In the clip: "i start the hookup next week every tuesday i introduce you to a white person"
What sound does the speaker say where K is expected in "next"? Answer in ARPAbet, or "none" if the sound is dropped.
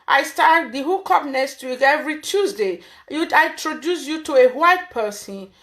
none